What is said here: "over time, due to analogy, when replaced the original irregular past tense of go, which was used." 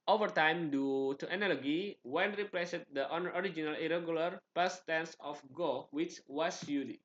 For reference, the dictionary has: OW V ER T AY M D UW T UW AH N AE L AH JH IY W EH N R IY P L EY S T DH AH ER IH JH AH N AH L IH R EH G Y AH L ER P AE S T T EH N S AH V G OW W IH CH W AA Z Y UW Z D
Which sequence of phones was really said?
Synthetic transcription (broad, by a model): OW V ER T AY M D UW T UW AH N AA L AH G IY W EH N R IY P L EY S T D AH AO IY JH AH N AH L IH R EH G Y AH L ER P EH S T T EH N S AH F G OW W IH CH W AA S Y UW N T